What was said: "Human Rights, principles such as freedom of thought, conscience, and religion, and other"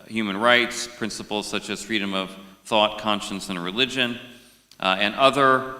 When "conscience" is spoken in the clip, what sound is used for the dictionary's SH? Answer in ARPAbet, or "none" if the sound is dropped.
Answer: SH